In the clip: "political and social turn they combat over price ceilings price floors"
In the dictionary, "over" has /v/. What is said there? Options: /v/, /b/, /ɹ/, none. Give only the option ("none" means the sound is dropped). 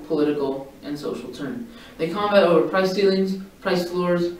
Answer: /v/